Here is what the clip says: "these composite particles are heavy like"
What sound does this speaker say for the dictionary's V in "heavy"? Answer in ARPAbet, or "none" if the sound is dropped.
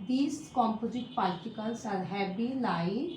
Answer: B